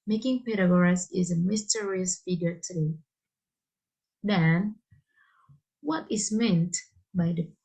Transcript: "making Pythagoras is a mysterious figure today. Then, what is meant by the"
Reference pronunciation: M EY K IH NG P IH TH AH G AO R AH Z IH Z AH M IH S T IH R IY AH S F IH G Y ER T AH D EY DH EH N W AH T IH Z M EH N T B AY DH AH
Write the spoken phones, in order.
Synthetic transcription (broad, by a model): M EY K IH NG P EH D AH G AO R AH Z IH Z AH M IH S T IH R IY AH S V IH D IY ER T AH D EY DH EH N W AH T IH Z M EH N T B AY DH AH